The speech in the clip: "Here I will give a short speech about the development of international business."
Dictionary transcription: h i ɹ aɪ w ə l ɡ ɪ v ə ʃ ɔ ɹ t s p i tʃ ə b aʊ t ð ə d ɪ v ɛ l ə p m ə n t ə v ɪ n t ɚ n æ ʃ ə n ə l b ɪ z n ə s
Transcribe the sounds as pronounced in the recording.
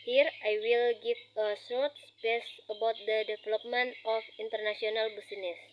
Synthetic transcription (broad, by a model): h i ɹ aɪ w ə l ɡ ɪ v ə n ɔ t s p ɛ s ə b aʊ t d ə d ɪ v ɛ l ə p m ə n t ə f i n t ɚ n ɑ s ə n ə l b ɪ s n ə s